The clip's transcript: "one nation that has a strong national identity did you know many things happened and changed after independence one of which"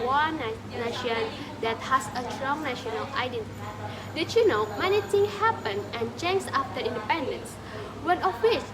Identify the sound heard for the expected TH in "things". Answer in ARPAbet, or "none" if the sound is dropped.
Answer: T